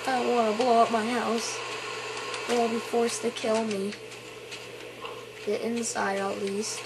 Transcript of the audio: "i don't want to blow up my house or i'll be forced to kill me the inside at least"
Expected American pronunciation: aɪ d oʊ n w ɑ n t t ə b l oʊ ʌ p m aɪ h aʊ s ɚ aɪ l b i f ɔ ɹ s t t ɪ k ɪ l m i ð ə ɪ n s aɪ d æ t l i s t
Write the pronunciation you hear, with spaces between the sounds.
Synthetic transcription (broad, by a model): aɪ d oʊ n w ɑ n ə b l oʊ ʌ p m aɪ h aʊ s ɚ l b i f ɔ ɹ s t t ɪ k ɪ l m i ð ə ɪ n s aɪ d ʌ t l i s t